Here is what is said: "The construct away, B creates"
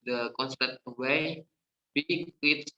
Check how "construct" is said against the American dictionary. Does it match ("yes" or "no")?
no